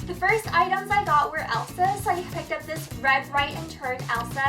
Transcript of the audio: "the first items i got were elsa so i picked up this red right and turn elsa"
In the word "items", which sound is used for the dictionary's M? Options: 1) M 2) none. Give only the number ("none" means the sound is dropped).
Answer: 1